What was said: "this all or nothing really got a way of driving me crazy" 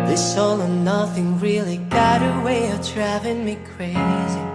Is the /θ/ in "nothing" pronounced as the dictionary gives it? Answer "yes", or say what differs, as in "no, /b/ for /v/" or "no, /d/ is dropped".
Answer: yes